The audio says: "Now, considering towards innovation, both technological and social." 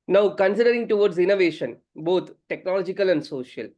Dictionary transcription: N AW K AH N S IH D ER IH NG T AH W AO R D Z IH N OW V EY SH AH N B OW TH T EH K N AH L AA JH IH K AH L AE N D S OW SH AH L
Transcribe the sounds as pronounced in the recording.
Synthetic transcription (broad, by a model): N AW K AH N S IH D ER IH NG T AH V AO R D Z IH N OW V EY SH AH N B OW T T EH K N AH L AA JH IH K AH L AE N D S OW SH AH L